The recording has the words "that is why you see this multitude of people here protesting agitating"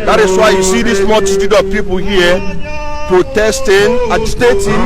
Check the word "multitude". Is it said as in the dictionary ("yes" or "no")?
no